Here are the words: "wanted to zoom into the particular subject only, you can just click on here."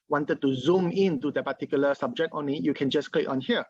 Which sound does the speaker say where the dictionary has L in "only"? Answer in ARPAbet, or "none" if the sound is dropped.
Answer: none